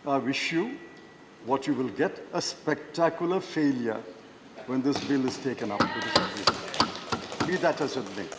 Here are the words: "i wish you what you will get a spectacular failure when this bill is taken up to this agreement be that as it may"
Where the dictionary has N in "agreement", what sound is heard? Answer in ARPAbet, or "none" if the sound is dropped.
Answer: none